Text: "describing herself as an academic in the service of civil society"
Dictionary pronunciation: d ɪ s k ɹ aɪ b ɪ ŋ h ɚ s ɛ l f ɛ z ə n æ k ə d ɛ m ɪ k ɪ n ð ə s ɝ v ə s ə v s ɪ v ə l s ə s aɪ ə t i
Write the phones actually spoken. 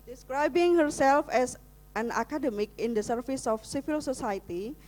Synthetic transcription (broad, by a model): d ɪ s k ɹ aɪ b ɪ ŋ h ɚ s ɛ l f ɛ s ə n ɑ k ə d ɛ m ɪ k ɪ n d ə s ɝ f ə s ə f s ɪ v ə l s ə s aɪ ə t i